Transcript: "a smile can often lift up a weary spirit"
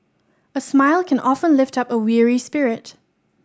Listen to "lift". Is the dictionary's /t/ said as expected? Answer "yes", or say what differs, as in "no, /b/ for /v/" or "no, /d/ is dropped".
yes